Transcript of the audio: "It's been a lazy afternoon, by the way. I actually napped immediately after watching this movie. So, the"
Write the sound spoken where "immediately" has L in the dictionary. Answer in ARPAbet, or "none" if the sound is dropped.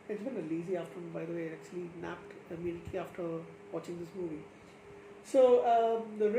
none